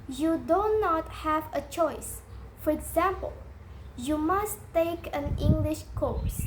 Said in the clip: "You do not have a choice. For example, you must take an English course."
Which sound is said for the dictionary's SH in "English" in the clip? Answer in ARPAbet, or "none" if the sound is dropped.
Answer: SH